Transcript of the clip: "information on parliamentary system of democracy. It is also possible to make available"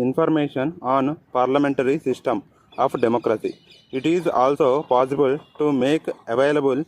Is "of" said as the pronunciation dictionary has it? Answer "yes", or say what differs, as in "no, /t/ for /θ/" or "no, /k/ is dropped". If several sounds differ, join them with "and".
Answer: no, /p/ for /v/